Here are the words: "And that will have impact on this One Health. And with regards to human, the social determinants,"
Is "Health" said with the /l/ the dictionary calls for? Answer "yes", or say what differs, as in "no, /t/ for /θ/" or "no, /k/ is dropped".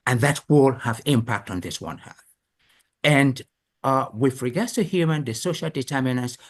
no, /l/ is dropped